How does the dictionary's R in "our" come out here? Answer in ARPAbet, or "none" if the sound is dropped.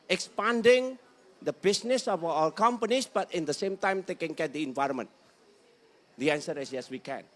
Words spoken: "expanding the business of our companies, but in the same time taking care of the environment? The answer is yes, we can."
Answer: L